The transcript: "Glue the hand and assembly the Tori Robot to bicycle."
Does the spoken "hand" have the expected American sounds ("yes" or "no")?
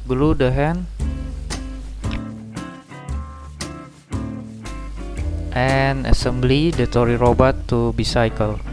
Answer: no